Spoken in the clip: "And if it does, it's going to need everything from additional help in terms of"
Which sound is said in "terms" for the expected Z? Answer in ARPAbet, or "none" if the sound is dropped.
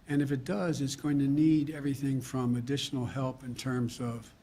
Z